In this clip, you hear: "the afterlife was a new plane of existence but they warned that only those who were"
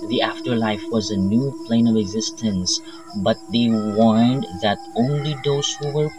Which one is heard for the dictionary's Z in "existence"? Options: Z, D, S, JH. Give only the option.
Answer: Z